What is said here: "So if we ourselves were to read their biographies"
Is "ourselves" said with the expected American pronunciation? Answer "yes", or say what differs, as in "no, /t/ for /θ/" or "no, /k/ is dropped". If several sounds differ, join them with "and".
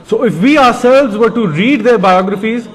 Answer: yes